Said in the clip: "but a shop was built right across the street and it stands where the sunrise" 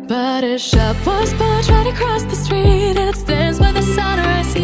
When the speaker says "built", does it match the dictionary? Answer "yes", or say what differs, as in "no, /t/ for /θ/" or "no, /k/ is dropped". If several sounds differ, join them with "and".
no, /l/ is dropped